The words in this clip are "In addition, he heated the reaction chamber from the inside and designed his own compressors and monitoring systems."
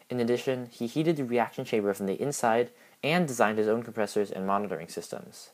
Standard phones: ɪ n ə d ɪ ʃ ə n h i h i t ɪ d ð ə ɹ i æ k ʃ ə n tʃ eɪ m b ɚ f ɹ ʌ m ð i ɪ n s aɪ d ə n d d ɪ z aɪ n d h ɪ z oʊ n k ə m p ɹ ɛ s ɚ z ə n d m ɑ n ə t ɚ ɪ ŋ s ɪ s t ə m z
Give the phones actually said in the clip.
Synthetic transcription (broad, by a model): ɪ n ə d ɪ ʃ ə n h i h i t ɪ d ð ə ɹ i æ k ʃ ə n ʃ eɪ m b ɚ f ɹ ʌ m ð i ɪ n s aɪ d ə n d d ɪ z aɪ n d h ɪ z oʊ n k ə m p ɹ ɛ s ɚ z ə n m ɑ n ə t ɚ ɪ ŋ s ɪ s t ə m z